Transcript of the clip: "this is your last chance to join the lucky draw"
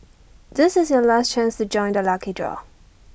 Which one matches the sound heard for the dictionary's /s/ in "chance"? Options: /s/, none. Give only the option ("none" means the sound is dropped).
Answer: /s/